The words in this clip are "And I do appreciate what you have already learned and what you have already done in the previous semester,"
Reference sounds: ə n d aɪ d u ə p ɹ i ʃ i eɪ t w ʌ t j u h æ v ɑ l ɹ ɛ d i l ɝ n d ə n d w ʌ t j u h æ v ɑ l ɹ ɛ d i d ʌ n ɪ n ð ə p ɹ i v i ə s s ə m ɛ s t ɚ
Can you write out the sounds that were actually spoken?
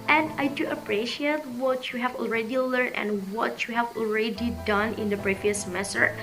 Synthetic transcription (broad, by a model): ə n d aɪ d u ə p ɹ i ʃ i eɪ t w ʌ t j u h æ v ɑ l ɹ ɛ d i l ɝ n ə n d w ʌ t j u h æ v ɑ l ɹ ɛ d i d ʌ n ɪ n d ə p ɹ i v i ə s s m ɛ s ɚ